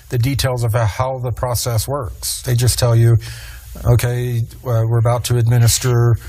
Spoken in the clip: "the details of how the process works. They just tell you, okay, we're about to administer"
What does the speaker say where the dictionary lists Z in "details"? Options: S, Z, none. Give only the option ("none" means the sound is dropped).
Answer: Z